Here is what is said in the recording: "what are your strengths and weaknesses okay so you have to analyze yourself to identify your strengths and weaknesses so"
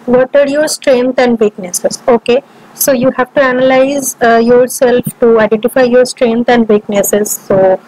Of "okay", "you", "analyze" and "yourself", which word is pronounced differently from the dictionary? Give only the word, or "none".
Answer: none